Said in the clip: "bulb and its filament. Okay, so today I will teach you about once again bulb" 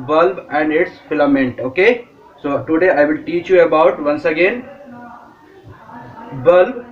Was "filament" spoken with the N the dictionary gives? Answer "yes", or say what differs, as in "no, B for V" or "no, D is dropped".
yes